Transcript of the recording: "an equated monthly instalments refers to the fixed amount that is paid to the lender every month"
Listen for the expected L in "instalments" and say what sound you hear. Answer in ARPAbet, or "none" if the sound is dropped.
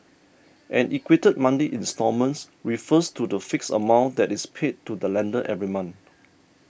none